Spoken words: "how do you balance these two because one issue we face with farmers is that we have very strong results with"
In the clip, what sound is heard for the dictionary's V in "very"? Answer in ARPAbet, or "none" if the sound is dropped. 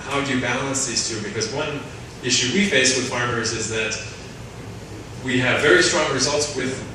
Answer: V